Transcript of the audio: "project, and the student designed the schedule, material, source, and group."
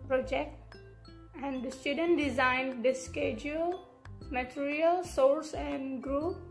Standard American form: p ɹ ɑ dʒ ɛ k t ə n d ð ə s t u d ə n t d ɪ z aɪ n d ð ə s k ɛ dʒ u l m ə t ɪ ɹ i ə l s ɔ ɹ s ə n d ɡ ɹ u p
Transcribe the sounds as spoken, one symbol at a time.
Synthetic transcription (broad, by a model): p ɹ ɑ dʒ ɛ k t ə n d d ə s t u d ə n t d ɪ z aɪ n d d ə s k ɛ dʒ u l m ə t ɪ ɹ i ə l s ɔ ɹ s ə n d ɡ ɹ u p